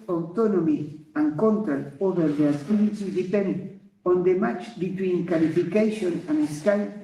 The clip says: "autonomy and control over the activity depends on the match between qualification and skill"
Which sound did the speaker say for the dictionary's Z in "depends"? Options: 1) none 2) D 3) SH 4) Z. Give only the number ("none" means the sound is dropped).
1